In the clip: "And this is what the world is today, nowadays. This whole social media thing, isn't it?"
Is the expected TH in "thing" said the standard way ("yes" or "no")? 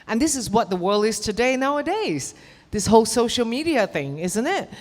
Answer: yes